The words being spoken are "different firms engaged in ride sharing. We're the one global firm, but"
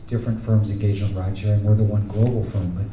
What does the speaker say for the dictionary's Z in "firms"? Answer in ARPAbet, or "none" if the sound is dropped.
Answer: Z